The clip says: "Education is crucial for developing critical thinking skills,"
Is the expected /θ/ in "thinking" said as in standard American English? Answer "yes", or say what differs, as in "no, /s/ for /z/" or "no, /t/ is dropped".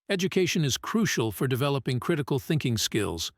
yes